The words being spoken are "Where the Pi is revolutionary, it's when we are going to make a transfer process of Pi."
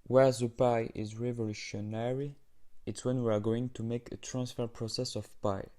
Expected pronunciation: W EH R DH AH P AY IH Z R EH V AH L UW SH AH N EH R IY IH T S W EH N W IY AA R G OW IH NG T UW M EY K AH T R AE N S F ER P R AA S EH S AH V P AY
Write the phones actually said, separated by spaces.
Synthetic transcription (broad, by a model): W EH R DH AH P AY IH Z R EH V AH L UW SH AH N EH R IY IH T S W EH N W IY AA R G OW IH NG T UW M EY K AH T R AE N S F ER P R AA S EH S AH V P AY